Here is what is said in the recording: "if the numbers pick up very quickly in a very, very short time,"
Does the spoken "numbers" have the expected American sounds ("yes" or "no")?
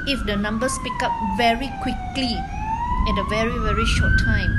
no